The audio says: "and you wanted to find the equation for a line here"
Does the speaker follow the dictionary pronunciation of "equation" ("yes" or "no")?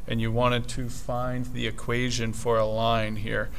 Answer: yes